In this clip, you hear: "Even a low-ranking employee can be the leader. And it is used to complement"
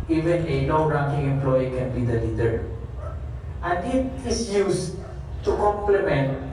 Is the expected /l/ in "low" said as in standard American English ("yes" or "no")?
no